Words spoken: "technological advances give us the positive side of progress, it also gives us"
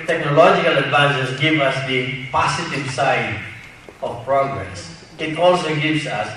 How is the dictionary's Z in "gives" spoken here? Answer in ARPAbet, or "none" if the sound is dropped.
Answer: S